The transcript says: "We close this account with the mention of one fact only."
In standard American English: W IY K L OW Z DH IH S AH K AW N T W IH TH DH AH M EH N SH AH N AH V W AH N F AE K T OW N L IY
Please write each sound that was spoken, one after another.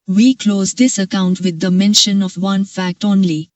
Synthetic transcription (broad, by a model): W IY K L OW Z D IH S AH K AW N T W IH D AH M EH N SH AH N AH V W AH N F AE K T OW N L IY